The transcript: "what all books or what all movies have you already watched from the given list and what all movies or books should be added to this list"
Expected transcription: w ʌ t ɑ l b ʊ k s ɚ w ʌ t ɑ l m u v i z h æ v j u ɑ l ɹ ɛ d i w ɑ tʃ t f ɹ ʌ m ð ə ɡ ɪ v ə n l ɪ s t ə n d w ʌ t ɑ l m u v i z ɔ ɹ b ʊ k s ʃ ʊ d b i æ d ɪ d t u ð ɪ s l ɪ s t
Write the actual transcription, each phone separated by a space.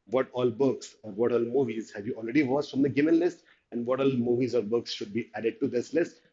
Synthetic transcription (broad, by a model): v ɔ t ɑ l b ʊ k s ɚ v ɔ t ɑ l m u v i z h æ v j u ɑ l ɹ ɛ d i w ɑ s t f ɹ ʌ m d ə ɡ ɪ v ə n l ɪ s t ə n d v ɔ t ɑ l m u v i z ɔ ɹ b ʊ k s ʃ ʊ d b i æ d ɪ d t u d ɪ s l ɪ s t